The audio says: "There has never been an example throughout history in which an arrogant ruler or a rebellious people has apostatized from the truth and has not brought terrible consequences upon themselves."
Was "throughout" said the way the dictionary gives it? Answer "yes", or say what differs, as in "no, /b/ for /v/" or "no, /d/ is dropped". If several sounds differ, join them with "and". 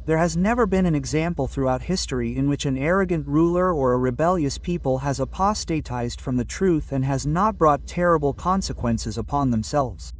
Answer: yes